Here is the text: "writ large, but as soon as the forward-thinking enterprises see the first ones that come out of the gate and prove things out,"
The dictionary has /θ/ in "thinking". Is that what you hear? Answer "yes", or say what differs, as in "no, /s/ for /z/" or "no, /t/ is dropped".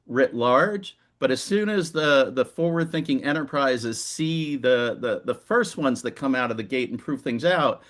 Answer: yes